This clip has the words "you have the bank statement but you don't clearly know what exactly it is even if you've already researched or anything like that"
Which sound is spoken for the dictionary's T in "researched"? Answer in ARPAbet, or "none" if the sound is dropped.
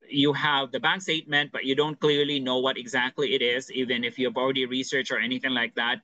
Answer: none